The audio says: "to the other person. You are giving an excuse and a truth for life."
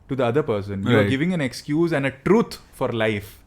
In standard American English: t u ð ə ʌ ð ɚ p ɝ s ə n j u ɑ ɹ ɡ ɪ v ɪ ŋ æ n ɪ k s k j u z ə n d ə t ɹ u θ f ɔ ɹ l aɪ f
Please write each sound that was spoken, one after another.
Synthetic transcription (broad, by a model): t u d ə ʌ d ɚ p ɝ s ə n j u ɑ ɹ ɡ ɪ v ɪ ŋ æ n ɪ k s k j u z ə n d ə t ɹ u t f ɔ ɹ l aɪ f